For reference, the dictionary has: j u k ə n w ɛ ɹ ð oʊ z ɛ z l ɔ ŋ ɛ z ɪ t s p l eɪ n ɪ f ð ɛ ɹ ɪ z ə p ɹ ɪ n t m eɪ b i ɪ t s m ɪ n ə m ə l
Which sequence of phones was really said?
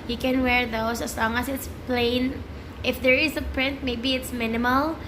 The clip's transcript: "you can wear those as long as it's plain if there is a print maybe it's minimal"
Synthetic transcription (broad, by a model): j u k ə n w ɛ ɹ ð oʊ s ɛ s l ɔ ŋ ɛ s ɪ t s p l eɪ n ɪ f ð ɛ ɹ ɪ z ə p ɹ ɪ n t m eɪ b i ɪ t s m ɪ n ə m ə l